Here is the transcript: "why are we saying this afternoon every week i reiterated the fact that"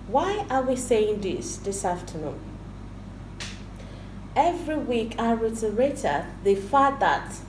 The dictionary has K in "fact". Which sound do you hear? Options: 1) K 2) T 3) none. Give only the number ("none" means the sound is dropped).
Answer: 3